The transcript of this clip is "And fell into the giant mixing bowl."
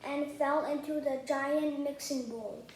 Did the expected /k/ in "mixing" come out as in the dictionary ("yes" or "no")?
yes